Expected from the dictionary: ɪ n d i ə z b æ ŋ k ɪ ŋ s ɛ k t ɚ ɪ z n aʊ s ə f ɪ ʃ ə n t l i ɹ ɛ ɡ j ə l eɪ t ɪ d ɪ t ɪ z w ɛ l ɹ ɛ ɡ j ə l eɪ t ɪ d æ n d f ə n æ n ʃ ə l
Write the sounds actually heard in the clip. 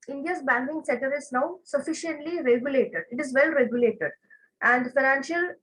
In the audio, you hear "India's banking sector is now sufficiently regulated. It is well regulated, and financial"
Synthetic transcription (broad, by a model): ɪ n d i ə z b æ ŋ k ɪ ŋ s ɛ t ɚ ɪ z n aʊ s ə f ɪ ʃ ə n t l i ɹ ɛ ɡ j ə l eɪ t ɪ d ɪ t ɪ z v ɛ l ɹ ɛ ɡ j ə l eɪ t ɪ d æ n d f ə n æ n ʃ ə l